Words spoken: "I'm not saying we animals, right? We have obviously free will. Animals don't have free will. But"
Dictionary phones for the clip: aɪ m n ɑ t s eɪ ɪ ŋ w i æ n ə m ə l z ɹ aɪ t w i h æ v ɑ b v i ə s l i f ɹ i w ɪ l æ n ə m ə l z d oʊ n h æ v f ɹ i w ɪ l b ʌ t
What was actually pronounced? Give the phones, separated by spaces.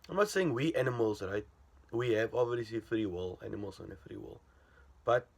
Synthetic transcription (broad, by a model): aɪ m n ɑ t s eɪ ɪ ŋ w i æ n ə m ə l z ɹ aɪ t w i h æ v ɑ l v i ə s i f ɹ i w ɪ l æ n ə m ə l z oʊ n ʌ f ɹ i w ɪ l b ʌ t